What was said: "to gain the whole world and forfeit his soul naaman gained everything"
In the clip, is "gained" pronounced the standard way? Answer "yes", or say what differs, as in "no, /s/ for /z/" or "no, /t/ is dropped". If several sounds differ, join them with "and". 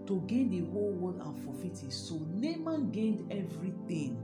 yes